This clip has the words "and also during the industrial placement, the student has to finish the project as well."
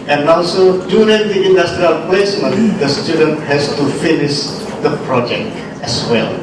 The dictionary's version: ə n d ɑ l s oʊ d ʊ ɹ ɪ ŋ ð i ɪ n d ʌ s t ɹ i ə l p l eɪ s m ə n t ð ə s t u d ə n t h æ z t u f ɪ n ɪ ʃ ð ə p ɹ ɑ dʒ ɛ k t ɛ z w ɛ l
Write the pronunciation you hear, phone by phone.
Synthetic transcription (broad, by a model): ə n ɑ l s oʊ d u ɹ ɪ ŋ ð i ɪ n d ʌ s t ɹ i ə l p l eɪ s m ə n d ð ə s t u d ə n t h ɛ s t u f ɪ n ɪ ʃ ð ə p ɹ ɑ dʒ ɛ k t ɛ s w ɛ l